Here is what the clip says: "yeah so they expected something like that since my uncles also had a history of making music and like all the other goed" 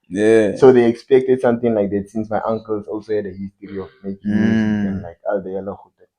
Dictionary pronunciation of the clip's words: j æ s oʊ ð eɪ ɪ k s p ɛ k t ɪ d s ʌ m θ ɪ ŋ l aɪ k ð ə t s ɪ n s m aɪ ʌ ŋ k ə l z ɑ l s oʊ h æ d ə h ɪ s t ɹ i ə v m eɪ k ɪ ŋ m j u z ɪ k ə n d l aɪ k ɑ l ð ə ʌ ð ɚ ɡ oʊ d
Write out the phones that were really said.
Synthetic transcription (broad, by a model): j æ s oʊ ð eɪ ɪ k s p ɛ k t ɪ d s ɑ m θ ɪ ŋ l aɪ k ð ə t s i n s m aɪ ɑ ŋ k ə l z ɑ l s oʊ h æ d ə h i s t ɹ i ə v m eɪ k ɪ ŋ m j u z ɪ ə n l aɪ k ɑ l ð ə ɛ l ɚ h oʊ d